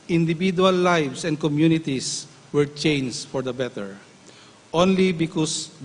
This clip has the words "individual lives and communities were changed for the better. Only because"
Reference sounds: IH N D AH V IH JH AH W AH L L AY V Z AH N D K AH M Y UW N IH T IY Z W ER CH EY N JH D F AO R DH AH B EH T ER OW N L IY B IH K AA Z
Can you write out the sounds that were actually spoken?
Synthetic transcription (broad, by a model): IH N D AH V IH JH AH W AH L L AY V S AH N D K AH M Y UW N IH T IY S W ER CH EY N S F AO R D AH B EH T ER OW N L IY B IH K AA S